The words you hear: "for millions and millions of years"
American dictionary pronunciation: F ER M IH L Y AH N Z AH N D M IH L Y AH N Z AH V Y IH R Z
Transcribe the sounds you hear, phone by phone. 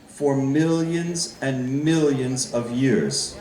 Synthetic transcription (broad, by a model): F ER M IH L Y AH N Z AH N M IH L Y AH N Z AH V Y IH R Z